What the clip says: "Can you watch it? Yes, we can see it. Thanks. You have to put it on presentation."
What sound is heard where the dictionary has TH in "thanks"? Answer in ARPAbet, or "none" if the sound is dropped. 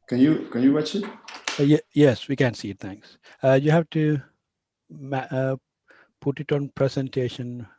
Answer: T